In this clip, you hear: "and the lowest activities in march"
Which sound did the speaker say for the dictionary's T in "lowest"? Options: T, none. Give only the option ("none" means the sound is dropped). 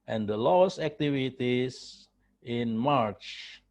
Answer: none